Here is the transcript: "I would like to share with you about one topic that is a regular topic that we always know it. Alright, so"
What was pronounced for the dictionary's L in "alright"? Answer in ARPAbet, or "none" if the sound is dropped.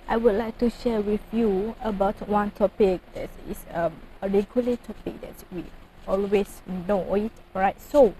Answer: none